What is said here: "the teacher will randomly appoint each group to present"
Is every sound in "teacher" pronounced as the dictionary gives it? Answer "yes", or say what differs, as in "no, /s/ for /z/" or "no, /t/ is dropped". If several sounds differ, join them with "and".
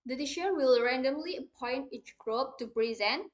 no, /ʃ/ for /tʃ/